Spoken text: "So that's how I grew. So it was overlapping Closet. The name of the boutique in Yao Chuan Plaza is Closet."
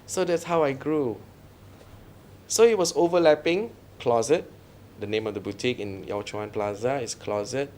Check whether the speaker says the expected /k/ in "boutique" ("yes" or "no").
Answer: yes